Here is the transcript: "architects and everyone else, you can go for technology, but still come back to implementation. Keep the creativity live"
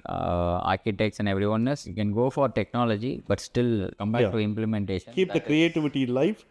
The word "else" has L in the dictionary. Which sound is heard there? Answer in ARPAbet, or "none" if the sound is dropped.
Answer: none